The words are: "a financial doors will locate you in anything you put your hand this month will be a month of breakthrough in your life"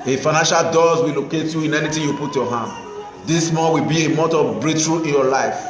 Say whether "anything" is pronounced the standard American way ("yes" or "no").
no